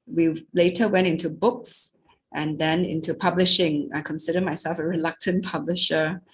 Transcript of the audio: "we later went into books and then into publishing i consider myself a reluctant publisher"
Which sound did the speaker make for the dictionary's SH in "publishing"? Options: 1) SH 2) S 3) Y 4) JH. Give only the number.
1